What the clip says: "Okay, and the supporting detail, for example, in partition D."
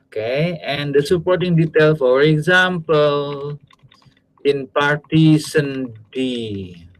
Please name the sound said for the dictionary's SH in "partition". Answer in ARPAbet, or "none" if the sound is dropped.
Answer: S